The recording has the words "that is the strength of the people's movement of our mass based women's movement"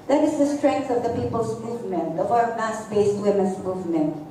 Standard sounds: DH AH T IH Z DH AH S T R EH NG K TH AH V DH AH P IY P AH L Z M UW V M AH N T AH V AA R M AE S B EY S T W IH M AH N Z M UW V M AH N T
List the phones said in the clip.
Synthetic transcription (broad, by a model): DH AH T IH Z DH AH S T R EH NG K TH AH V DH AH P IY P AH L S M UW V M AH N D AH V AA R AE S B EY S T W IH M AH N S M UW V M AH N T